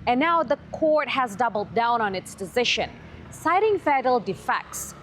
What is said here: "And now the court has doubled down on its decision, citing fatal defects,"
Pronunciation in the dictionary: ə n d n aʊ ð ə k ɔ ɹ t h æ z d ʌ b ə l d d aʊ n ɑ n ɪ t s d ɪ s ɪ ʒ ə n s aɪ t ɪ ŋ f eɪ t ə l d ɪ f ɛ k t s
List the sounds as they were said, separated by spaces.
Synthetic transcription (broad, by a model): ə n n aʊ ð ə k ɔ ɹ t h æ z d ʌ b l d d aʊ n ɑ n ɪ t s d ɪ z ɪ ʃ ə n s aɪ t ɪ ŋ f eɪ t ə l d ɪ f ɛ k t s